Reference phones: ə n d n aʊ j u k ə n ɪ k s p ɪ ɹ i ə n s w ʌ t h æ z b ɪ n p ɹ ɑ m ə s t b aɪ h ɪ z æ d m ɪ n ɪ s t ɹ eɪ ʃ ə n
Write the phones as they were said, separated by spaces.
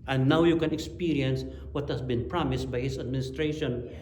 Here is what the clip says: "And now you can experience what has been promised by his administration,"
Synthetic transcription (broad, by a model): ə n n aʊ j u k ə n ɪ k s p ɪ ɹ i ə n s w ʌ t h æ s b ɪ n p ɹ ɑ m ə s t b aɪ h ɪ s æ d m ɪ n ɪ s t ɹ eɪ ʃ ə n